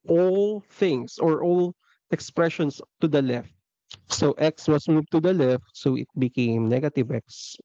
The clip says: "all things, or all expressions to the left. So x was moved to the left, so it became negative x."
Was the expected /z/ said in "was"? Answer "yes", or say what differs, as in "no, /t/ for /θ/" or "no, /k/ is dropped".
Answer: no, /s/ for /z/